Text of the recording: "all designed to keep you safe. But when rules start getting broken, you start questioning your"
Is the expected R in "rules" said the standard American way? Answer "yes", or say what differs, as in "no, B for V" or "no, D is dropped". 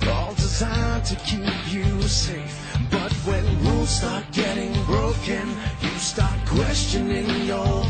no, W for R